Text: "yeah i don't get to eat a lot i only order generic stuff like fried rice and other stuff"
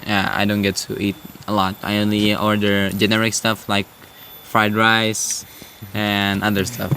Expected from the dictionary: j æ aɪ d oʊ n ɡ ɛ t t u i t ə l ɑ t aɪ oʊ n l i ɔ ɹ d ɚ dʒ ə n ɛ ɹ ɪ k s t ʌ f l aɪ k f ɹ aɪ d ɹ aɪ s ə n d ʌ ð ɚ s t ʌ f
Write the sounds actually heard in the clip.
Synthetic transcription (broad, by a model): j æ aɪ d oʊ n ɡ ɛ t t u i t ə l ɑ t aɪ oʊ n l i ɔ ɹ d ɚ dʒ ə n ɛ ɹ ɪ k s t ʌ f l aɪ k f ɹ aɪ d ɹ aɪ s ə n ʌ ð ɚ s t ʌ f